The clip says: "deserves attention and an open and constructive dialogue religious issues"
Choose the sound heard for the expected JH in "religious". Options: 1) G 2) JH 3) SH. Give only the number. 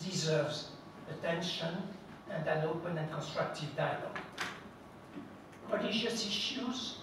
3